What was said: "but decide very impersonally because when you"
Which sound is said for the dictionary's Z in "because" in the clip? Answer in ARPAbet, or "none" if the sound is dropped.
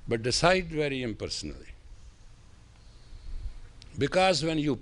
Z